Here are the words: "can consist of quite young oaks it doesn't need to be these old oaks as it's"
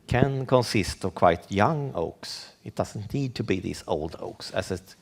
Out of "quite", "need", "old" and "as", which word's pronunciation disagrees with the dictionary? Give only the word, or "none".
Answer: as